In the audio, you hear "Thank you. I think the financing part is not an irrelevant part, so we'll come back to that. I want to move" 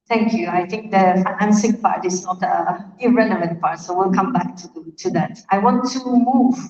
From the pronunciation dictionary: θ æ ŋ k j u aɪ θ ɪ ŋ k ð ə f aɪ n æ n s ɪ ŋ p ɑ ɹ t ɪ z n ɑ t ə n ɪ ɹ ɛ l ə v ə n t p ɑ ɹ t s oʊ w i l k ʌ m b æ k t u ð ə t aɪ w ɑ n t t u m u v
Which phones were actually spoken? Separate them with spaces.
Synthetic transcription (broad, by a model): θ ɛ ŋ k j u aɪ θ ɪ ŋ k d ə f aɪ n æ n s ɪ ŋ p ɑ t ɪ s n ɑ t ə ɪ ɹ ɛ n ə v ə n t p ɑ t s oʊ w i l k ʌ m b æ k t u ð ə t aɪ w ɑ n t t u m u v